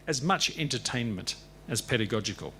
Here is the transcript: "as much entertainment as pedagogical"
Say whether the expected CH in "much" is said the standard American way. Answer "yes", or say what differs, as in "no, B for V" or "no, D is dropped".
yes